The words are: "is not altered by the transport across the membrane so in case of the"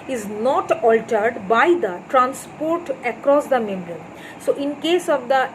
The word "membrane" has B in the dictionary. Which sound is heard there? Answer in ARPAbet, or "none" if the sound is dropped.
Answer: none